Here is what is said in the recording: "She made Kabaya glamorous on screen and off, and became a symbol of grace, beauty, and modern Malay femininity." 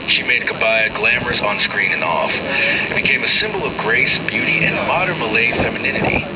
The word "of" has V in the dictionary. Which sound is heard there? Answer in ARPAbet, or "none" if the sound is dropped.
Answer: V